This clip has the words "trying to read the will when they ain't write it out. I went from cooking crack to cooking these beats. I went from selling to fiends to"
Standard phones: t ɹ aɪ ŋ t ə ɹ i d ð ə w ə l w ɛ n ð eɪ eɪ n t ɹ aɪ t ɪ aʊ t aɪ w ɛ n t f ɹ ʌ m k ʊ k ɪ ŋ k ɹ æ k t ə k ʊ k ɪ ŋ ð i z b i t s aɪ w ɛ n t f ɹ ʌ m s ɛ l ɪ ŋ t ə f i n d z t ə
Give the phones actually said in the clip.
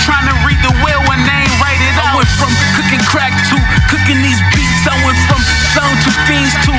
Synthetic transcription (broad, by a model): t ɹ aɪ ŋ t ə ɹ i d ð ə w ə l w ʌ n eɪ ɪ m ɹ aɪ t ɪ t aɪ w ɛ f ɹ ʌ m k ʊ k ɪ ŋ k ɹ æ k t ə k ʊ k ɪ ŋ ð i z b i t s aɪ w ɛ f ɹ ʌ m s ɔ ɪ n t ə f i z t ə